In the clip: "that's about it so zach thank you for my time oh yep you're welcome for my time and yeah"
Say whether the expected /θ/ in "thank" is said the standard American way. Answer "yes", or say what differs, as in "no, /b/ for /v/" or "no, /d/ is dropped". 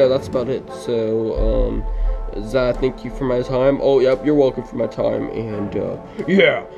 yes